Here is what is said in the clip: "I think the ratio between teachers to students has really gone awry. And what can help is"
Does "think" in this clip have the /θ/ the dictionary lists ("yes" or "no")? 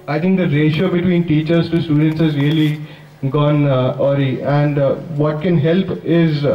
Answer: no